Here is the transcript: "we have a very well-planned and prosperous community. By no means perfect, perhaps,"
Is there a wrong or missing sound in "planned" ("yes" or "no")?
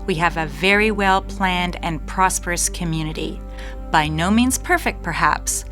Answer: no